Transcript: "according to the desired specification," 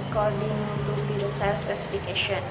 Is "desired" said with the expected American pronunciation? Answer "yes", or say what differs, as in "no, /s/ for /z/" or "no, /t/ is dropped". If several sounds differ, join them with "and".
no, /s/ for /z/